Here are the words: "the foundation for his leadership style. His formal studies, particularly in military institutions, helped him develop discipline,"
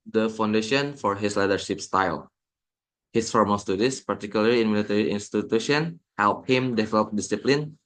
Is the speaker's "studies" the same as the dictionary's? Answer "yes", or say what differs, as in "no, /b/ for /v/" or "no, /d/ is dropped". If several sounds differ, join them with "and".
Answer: no, /s/ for /z/